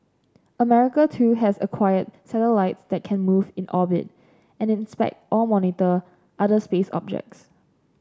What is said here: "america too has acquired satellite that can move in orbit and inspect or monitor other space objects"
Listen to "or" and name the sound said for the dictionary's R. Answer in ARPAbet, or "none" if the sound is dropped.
L